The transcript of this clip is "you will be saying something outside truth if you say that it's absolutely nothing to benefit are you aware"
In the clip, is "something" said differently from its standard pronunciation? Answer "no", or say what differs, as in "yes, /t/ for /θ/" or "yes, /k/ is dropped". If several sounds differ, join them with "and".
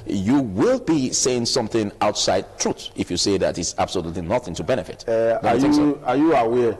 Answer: no